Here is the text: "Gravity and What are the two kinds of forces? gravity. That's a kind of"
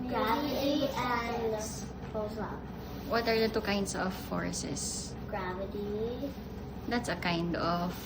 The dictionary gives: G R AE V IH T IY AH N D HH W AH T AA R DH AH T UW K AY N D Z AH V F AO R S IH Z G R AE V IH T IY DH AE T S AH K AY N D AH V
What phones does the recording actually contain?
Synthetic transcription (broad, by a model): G R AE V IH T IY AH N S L W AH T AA R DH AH T UW K AY N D S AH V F AO R S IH S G R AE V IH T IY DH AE T S AH K AY N D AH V